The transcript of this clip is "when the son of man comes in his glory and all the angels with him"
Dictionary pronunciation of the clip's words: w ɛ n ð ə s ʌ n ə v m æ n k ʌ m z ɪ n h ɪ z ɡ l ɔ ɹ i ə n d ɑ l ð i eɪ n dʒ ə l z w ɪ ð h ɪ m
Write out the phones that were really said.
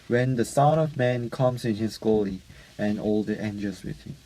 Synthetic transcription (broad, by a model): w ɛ n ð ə s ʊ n ə v m æ n k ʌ m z ɪ n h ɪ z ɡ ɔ l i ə n ɑ l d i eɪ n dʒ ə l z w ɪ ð h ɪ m